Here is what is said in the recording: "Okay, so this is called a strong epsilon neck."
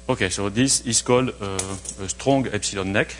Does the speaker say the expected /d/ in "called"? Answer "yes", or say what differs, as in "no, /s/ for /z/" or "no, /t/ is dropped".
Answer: no, /d/ is dropped